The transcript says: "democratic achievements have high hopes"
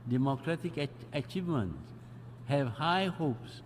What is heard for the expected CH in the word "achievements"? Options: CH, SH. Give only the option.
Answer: CH